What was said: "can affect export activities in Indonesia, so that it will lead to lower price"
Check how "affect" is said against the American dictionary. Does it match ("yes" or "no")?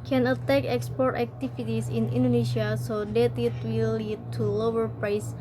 no